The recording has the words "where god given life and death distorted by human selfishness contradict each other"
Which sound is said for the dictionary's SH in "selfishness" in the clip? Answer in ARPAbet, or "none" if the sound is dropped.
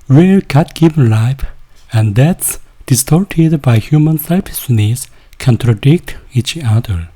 S